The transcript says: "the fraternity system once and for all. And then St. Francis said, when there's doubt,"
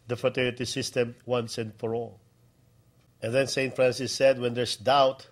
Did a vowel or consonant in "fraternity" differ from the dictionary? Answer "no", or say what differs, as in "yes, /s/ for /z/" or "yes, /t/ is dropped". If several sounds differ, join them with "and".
yes, /ɹ/ is dropped and /n/ is dropped